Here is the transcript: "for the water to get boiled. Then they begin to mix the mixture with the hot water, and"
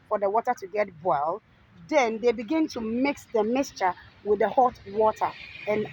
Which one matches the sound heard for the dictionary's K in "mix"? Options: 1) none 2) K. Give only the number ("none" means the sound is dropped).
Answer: 2